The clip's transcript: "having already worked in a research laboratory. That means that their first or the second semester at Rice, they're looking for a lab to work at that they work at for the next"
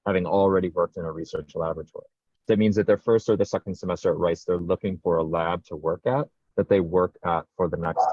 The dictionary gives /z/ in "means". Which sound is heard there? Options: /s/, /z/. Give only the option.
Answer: /z/